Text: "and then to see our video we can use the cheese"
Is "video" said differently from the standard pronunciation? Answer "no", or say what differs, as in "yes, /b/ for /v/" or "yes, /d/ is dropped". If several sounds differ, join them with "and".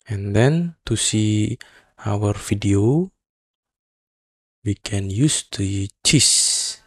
yes, /f/ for /v/